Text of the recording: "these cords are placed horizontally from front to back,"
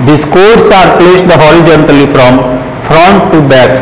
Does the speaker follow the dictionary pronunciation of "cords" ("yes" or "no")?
no